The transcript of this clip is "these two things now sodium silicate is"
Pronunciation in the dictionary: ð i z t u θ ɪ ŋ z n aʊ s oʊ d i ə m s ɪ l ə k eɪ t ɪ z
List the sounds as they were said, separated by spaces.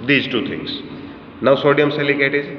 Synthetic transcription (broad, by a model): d i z t u t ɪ ŋ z n aʊ s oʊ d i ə m s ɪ l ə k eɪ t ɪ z